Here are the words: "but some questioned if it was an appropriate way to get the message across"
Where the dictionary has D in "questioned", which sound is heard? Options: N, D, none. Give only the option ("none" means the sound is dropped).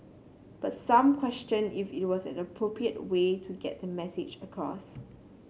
none